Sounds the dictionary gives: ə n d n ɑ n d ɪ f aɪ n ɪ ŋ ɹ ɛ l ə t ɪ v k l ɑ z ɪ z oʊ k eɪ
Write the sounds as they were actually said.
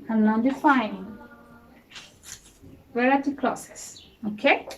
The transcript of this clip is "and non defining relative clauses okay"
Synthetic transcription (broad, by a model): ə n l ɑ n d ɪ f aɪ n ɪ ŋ w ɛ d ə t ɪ k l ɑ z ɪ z oʊ k eɪ